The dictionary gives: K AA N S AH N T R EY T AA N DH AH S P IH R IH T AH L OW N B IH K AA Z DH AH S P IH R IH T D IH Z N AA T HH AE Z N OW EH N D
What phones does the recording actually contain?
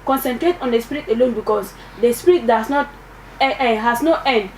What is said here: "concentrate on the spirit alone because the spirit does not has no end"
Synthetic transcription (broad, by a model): K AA N S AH N T R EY T AA N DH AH S P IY R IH T AH L OW N B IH K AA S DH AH S P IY R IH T D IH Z N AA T HH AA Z N OW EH N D